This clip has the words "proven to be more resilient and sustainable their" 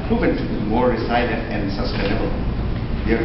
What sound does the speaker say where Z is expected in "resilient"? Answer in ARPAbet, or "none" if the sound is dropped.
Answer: S